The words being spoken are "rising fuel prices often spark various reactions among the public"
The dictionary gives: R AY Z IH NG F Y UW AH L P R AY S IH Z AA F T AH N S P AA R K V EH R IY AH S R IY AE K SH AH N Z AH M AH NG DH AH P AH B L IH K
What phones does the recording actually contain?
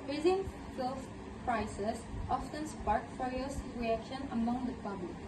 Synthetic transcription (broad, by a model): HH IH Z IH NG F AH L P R AY S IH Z AA F T AH N S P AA R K F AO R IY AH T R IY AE K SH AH N AH M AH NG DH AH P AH B L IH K